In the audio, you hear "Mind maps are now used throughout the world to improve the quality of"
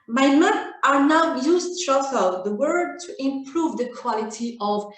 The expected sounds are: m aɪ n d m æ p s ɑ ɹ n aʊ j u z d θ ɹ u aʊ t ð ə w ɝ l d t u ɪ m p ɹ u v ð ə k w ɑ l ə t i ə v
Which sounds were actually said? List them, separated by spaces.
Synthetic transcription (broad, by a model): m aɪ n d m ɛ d ɑ ɹ n aʊ j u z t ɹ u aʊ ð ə w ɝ d t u ɪ m p ɹ u v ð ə k w ɑ l ə t i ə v